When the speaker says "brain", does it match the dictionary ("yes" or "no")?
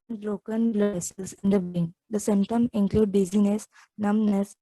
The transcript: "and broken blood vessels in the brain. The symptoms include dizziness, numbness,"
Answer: no